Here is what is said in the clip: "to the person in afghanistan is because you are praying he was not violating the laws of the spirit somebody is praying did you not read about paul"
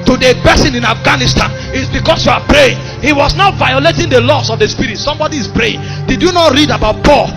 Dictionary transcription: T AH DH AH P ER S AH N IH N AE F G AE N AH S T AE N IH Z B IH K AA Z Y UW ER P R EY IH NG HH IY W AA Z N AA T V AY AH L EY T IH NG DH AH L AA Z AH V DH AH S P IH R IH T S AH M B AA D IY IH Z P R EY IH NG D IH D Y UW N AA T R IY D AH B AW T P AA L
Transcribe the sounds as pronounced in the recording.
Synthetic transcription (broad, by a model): T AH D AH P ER S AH N IH N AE F G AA N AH S T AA N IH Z B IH K AA S Y UW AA P R EY IH NG HH IY W AA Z N AA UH V AY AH L EY T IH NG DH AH L AA S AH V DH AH S P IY R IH T S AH M B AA D IY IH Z P R EY IH NG D IH D Y UW N AA T R IY D AH B AW T P AA L